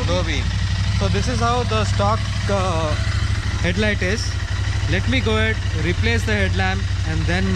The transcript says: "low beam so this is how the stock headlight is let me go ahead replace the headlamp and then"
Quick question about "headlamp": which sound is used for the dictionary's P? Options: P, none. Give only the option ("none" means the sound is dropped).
none